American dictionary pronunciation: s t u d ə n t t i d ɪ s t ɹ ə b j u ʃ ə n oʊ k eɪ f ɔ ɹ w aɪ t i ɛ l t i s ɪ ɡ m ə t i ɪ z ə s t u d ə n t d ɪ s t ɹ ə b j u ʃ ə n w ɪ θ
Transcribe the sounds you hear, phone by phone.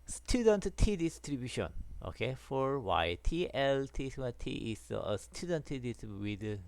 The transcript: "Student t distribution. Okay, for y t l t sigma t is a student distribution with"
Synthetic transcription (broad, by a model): s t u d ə n t t i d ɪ s t ɹ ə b j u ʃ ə n oʊ k eɪ f ɔ ɹ w aɪ t i ɛ l t i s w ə t i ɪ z ə s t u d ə n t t ə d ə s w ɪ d